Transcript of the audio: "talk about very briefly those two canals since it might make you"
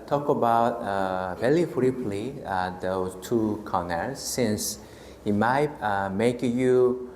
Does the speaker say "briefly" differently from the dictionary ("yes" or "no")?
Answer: yes